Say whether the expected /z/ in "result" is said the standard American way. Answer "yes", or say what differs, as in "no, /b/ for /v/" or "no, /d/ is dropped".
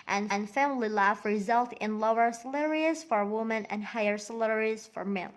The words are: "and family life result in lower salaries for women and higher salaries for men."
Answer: yes